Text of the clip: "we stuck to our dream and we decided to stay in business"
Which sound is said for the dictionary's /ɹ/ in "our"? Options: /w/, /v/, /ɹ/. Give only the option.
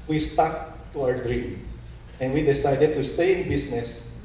/w/